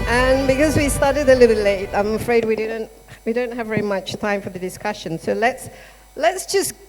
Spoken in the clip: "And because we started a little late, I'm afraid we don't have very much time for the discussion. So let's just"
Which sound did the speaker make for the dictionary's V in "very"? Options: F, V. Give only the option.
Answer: V